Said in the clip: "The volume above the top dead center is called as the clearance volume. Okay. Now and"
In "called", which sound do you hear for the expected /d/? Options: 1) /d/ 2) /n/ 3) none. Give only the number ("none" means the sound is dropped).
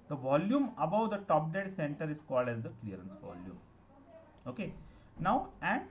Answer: 1